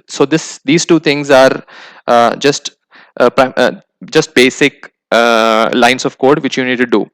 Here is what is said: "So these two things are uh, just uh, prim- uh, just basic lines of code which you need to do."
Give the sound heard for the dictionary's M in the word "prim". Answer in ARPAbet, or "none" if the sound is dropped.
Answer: none